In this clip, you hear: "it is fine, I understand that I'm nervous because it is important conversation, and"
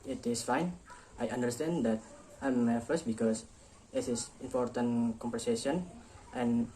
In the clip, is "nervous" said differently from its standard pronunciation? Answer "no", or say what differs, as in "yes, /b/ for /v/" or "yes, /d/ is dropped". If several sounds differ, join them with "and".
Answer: yes, /f/ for /v/